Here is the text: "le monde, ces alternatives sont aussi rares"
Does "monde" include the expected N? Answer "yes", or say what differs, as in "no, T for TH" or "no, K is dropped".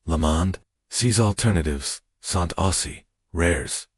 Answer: yes